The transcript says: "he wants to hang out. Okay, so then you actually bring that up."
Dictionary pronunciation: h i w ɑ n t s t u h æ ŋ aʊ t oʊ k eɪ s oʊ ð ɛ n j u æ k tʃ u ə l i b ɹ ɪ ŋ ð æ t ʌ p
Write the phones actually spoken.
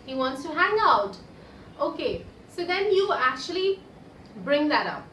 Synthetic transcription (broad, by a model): h i w ɑ n t s t u h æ ŋ aʊ t oʊ k eɪ s oʊ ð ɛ n j u æ k tʃ u ə l i b ɹ ɪ ŋ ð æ t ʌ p